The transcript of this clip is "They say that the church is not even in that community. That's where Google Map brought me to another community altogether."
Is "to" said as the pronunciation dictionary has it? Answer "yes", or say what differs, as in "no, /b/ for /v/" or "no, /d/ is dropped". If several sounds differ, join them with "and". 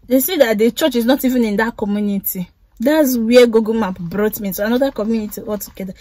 no, /s/ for /t/